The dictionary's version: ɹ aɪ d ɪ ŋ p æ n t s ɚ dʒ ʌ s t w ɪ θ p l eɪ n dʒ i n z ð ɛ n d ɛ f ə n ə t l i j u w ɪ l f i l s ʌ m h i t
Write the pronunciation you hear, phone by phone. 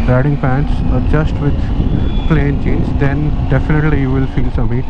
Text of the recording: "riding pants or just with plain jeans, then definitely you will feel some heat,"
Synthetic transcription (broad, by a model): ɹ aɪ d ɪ ŋ p æ n t s ɚ dʒ ʌ s t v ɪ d p l eɪ n tʃ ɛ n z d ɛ n d ɛ f ə n ə t l i j u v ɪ l f i l s ʌ m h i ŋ